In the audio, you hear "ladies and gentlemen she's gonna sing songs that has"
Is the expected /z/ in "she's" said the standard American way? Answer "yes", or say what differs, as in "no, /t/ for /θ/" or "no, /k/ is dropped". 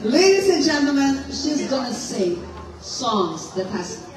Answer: yes